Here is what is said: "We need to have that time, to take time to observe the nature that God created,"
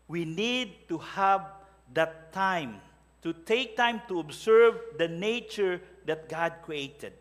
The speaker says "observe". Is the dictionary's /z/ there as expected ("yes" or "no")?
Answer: no